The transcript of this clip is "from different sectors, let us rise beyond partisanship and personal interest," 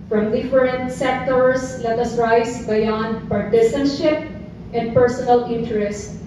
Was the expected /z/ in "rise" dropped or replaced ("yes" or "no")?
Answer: yes